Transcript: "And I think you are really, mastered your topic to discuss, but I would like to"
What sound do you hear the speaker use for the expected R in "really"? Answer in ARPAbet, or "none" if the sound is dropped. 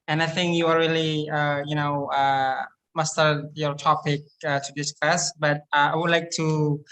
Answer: L